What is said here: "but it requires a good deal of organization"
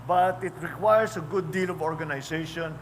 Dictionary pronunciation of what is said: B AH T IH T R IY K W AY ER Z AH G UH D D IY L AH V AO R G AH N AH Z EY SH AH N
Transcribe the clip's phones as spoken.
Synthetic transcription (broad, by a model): B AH T IH T R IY K W AY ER S AH G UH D D IY L AH V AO R G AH N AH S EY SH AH N